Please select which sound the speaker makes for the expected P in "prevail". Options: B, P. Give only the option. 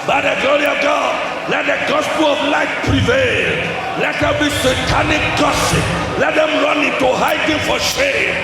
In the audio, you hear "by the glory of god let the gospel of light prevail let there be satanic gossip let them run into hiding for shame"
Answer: P